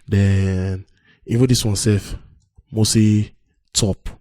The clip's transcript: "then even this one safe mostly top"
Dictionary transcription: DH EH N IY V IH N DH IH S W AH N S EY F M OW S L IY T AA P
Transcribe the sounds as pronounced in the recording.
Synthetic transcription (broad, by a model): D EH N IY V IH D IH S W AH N S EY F M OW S IY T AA P